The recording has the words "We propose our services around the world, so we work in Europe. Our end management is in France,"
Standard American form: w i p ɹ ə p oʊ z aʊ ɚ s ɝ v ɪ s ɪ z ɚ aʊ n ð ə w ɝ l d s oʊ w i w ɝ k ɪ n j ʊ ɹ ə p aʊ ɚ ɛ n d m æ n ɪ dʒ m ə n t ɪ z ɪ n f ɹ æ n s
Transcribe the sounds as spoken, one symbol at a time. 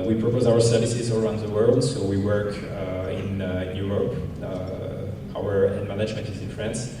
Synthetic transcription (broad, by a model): w i p ɹ ə p oʊ z aʊ ɚ s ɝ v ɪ s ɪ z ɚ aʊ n ð ə w ɝ l d s oʊ w i w ɝ k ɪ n j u ɹ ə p aʊ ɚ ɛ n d m æ n ɪ dʒ m ə n t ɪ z ɪ n f ɹ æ n s